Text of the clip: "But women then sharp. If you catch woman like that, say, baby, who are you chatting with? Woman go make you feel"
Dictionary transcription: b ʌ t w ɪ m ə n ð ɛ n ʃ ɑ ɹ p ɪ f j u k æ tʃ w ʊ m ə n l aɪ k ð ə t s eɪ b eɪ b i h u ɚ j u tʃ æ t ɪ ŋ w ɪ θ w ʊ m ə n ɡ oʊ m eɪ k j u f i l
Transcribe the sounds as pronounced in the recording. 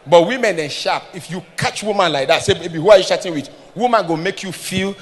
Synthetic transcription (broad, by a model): b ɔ t w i m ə n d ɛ n ʃ ɑ p ɪ f j u k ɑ tʃ w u m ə n l aɪ k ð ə t s eɪ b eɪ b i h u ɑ j u ʃ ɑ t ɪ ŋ w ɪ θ w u m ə n ɡ oʊ m eɪ k j u f i l